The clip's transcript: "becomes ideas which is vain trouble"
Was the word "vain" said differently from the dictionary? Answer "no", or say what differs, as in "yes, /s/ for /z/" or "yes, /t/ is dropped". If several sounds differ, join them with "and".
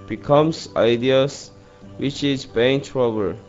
yes, /b/ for /v/